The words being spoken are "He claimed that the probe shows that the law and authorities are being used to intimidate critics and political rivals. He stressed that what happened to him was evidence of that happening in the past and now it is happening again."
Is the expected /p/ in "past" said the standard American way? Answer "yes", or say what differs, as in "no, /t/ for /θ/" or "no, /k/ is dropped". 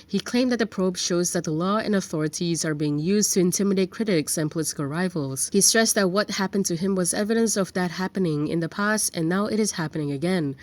yes